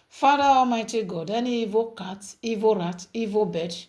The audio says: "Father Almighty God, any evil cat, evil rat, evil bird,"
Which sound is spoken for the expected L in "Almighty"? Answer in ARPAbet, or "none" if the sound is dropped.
none